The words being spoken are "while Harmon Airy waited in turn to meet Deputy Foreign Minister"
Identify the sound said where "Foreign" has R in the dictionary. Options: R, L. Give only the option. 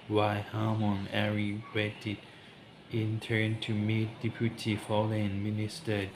L